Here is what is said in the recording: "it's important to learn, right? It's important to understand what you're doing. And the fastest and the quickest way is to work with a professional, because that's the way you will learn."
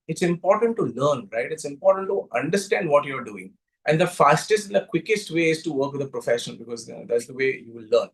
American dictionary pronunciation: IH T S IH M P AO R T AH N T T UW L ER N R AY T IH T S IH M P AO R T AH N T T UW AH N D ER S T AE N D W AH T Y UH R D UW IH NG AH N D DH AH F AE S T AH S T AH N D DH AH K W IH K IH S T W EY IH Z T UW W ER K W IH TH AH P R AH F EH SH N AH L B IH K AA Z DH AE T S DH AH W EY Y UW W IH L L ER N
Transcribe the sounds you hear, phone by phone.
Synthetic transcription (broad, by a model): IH T S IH M P AO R T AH N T T UW L ER N R AY T IH T S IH M P AO R T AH N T T UW AH N D ER S T AE N D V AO T Y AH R D UW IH NG AH N D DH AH F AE S T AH S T AH N D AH K W IH K IH S T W EY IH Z T UW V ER K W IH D AH P R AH F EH SH AH N B IH K AA Z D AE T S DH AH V EY Y UW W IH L L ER N